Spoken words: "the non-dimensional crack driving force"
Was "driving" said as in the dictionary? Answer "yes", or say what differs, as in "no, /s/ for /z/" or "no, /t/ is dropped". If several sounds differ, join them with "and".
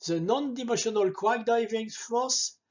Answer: no, /ɹ/ is dropped